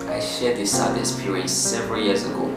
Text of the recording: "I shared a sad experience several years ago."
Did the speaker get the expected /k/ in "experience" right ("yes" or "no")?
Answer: no